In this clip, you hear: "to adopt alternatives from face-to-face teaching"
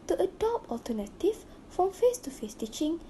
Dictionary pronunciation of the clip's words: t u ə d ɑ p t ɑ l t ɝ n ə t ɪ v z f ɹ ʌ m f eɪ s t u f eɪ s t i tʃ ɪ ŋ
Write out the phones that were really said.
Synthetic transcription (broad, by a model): t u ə d ɑ p ɑ l t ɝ n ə t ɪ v f ɹ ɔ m f eɪ s t u f eɪ s t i tʃ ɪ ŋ